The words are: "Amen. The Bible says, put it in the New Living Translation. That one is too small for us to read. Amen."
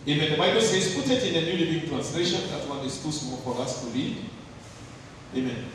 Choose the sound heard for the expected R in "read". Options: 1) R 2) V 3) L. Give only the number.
3